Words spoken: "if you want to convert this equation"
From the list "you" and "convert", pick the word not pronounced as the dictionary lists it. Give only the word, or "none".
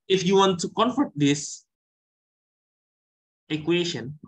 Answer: convert